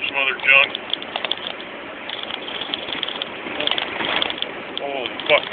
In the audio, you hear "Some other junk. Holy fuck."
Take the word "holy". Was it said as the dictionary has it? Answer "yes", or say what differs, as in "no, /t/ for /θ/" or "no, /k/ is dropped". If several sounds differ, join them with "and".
no, /l/ is dropped